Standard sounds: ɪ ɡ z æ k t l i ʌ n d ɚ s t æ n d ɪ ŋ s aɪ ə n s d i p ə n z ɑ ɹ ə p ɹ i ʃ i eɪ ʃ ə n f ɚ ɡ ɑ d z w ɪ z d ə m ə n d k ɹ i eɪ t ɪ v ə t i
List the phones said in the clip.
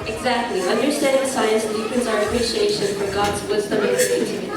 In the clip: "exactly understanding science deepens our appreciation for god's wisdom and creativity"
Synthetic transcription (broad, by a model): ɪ ɡ z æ k t l i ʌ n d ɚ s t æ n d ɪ s aɪ ə n s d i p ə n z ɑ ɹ ə p ɹ i ʃ i eɪ ʃ ə n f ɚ ɡ ɑ d z w ɪ z d ə m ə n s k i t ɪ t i